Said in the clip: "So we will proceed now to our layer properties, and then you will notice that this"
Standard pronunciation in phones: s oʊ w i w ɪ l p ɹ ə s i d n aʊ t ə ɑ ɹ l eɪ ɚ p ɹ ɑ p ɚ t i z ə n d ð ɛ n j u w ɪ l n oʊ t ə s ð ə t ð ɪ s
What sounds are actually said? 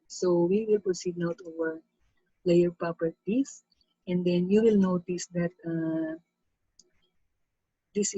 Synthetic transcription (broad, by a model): s oʊ w i w ɪ l p ɹ ə s i d n aʊ t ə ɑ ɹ l eɪ ɚ p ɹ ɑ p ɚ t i s ə n d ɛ n j u w ɪ l n oʊ t ə s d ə t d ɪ s